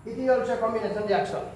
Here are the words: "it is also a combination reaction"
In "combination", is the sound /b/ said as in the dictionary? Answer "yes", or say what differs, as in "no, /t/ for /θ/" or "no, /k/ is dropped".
no, /b/ is dropped